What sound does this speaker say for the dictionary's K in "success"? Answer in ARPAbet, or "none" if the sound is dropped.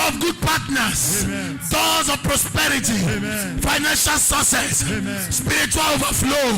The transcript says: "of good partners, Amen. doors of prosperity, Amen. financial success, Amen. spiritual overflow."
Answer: none